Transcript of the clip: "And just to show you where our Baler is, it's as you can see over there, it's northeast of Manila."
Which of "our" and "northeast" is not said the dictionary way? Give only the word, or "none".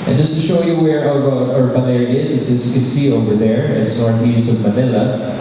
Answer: northeast